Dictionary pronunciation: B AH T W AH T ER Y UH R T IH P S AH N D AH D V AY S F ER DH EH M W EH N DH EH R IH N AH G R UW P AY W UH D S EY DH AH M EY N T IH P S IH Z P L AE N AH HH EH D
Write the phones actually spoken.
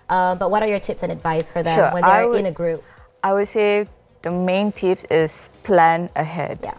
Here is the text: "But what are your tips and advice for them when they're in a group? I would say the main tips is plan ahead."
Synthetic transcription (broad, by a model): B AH T W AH T ER Y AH R T IH P S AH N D AH D V AY S F ER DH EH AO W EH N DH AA W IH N AH G R UW P AY W UH D S EY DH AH M EY N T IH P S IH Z P L AE N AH HH EH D